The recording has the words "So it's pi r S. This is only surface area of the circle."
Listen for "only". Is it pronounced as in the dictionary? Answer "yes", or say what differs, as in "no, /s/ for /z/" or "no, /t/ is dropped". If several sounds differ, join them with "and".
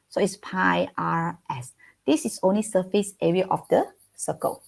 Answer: yes